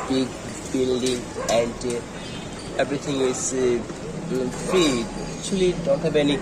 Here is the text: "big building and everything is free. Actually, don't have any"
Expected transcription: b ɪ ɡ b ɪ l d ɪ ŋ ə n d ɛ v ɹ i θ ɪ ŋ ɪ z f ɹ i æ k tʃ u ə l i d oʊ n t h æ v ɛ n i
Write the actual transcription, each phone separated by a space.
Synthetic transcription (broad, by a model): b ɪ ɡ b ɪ l d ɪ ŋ ə n d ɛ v ɹ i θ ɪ ŋ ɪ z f i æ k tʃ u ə l i d oʊ n t h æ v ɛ n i